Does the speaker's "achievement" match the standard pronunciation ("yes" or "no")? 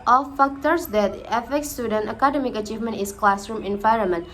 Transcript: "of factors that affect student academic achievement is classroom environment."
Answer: yes